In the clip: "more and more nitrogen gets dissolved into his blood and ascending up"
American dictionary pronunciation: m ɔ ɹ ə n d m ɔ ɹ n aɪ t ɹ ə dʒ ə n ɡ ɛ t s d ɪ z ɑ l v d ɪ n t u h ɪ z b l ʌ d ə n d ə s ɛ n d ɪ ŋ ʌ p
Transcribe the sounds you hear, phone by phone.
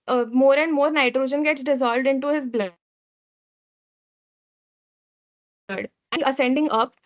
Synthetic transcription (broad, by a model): m ɔ ɹ ə n d m ɔ ɹ n aɪ t ɹ ə dʒ ə n ɡ ɛ t s d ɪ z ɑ l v d ɪ n t u h ɪ z b l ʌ ə d ə s ɛ n d ɪ ŋ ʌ p